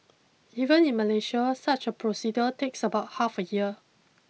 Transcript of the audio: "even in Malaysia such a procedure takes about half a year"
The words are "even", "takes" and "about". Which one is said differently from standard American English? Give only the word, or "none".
none